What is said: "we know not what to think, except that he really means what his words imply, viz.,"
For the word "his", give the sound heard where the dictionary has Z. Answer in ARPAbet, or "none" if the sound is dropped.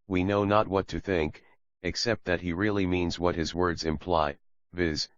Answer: Z